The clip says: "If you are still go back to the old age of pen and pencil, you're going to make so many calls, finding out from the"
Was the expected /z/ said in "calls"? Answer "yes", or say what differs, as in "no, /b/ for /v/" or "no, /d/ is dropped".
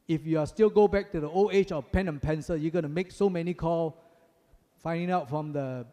no, /z/ is dropped